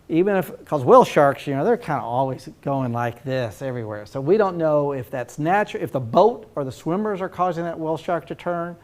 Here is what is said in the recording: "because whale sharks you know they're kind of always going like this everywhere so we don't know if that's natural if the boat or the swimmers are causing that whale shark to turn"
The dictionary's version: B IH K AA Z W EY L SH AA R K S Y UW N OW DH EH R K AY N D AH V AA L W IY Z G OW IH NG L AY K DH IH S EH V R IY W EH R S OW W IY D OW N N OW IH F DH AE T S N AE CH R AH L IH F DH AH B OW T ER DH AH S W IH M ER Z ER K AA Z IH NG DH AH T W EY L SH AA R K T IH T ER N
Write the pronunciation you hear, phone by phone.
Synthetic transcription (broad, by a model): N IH K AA Z W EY L SH AA R K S Y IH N OW DH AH R K AY N D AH AA L W IY Z G OW IH NG L AY K DH IH S EH V R IY W EH R S OW W IY D OW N N OW IH F DH AE T S N AE CH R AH IH F DH AH B OW T ER DH AH S W IH M ER Z ER K AA Z IH NG DH AH T W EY L SH AA R K T IH T ER N